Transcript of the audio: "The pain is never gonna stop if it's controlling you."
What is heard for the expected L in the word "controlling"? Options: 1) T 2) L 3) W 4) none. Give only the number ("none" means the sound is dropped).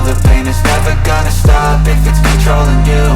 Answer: 2